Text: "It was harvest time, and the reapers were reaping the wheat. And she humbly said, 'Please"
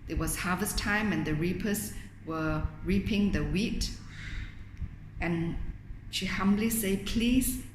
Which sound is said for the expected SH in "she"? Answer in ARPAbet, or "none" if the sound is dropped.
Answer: SH